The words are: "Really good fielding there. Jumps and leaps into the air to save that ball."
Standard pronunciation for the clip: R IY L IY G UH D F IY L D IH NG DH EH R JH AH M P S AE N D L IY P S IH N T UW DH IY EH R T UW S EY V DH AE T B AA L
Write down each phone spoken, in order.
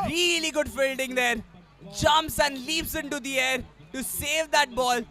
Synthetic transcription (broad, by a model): R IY L IY G UH D F IY L D IH NG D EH R JH AH M P S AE N D L IY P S IH N T UW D IY EH R T UW S EY V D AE T B AA L